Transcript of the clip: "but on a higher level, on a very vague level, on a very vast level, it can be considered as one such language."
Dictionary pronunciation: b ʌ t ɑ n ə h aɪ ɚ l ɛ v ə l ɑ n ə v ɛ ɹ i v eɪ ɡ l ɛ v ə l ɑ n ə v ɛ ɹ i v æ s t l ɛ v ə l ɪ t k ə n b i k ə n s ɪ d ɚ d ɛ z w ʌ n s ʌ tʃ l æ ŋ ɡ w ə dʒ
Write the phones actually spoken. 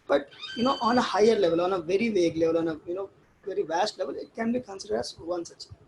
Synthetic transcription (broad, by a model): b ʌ t ɑ n ə h aɪ ɚ l ɛ v ə l ɑ n ə v ɛ ɹ i v eɪ ɡ l ɛ v ə l ɑ n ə v ɛ ɹ i v æ s t l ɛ v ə l ɪ t k ə n b i k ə n s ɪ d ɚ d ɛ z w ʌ n s ʌ tʃ